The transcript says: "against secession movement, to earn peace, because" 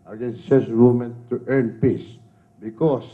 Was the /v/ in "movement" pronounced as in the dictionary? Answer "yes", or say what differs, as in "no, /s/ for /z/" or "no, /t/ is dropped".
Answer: no, /v/ is dropped